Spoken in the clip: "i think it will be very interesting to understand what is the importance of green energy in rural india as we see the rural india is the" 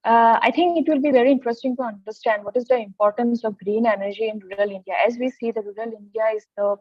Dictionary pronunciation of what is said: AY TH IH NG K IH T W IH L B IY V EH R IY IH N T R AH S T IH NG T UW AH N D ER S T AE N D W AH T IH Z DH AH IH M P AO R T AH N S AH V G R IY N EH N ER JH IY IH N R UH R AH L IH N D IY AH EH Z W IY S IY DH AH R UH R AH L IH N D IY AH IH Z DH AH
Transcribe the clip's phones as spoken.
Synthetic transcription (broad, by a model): AY T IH NG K IH T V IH L B IY V EH R IY IH N T R AH S T IH NG T UW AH N D ER S T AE N D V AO T IH Z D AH IH M P AO R T AH N S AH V G R IY N EH N ER JH IY IH N R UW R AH L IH N D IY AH EH Z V IY S IY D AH R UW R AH L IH N D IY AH IH Z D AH